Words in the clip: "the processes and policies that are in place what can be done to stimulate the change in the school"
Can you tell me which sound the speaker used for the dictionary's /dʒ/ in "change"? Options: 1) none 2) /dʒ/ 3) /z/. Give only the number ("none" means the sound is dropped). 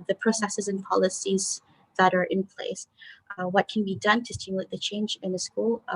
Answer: 2